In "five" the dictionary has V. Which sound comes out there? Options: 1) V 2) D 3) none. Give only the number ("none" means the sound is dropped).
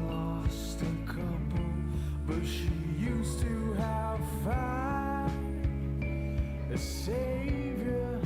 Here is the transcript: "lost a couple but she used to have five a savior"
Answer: 3